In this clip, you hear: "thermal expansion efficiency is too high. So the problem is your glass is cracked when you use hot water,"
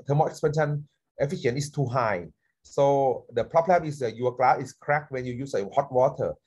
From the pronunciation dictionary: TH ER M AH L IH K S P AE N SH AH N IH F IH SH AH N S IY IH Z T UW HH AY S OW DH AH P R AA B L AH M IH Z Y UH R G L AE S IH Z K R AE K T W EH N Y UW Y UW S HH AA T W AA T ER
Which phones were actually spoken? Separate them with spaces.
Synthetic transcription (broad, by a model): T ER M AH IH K S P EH N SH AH N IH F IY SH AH N IY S T UW HH AY S OW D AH P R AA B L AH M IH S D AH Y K L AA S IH S K R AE K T W EH N Y UW Y UW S HH AA T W AA T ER